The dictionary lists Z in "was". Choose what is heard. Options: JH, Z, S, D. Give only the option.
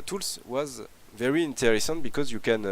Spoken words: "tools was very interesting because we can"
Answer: Z